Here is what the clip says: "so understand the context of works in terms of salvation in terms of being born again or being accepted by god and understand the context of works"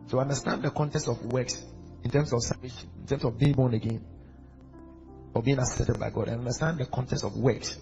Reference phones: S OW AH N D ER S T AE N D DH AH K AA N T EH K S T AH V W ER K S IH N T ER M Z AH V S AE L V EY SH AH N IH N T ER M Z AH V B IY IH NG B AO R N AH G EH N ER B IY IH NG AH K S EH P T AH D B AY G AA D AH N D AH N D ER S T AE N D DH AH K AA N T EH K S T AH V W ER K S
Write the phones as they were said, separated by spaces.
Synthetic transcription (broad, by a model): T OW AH N D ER S T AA N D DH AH K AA N T EH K S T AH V W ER K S IH N T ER M S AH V S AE V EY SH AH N IH N T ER M S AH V B IY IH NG B AO N AH G EH N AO B IY IH NG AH S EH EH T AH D B AY G AA D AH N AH N D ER S T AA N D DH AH K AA N T EH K S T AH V W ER K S